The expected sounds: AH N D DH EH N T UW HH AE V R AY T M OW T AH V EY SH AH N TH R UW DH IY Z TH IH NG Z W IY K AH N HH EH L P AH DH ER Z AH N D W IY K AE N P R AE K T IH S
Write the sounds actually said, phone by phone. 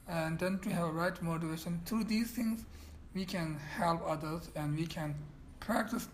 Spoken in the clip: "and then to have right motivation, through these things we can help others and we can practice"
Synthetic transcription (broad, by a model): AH N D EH N T UW HH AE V R AY T M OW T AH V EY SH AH N T R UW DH IY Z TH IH NG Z W IY K AH N HH EH L P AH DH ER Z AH N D W IY K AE N P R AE K T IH S